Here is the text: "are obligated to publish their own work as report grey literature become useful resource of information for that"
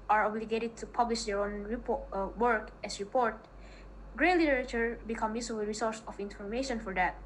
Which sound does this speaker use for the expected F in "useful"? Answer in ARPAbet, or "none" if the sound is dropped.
none